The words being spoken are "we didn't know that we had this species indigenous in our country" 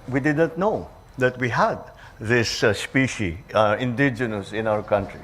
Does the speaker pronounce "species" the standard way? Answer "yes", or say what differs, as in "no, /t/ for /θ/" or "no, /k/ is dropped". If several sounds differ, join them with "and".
no, /z/ is dropped